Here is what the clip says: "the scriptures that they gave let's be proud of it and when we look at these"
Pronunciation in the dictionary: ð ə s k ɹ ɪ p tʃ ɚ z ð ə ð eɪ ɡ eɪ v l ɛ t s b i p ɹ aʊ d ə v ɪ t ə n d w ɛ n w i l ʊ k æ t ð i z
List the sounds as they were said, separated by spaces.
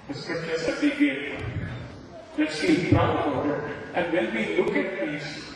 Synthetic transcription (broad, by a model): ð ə s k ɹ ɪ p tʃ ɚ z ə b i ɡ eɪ f l ɛ t s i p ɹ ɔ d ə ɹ t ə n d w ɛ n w i l ʊ k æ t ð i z